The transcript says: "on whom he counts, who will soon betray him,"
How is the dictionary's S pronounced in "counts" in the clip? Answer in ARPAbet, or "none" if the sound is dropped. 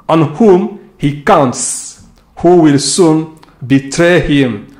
S